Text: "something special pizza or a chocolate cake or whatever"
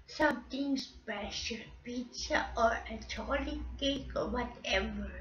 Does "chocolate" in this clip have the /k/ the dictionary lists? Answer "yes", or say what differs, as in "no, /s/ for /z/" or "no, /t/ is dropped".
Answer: no, /k/ is dropped